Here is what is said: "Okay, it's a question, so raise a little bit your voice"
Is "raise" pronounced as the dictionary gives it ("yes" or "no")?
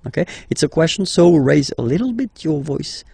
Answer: yes